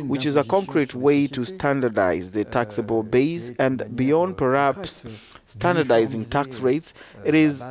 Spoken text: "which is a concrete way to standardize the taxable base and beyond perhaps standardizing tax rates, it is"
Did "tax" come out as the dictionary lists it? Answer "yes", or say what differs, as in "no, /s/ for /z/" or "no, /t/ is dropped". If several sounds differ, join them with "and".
yes